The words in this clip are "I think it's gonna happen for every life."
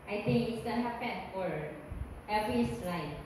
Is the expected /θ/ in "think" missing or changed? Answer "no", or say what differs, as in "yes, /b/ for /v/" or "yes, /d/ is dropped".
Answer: yes, /t/ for /θ/